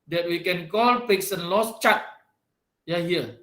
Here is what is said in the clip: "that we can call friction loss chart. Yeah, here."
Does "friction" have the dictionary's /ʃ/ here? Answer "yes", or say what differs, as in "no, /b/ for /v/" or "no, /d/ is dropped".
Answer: no, /s/ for /ʃ/